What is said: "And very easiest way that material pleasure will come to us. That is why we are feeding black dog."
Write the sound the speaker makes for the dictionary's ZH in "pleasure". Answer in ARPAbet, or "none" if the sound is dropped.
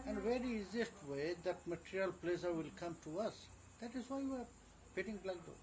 S